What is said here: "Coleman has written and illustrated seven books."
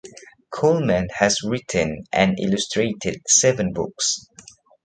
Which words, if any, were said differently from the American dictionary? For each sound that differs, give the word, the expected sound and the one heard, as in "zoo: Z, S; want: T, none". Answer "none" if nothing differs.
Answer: none